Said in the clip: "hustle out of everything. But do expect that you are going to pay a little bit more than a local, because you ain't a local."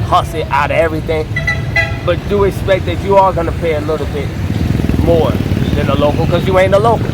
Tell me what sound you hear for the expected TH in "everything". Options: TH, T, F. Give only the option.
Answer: TH